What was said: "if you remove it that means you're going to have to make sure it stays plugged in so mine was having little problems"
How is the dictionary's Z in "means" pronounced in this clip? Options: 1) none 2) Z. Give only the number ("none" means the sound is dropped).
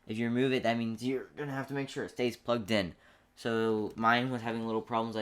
2